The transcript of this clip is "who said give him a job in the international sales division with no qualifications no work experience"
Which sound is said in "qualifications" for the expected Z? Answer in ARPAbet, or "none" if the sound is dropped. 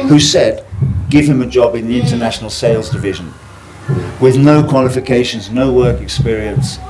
Z